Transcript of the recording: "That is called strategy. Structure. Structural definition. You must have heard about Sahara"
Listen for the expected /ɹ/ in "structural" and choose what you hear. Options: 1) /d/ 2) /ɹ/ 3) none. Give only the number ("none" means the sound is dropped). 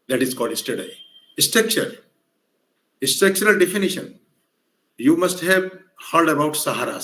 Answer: 3